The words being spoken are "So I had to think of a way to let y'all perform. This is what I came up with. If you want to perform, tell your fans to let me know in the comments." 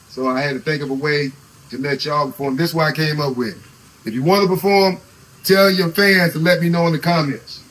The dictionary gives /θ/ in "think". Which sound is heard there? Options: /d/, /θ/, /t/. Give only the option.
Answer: /θ/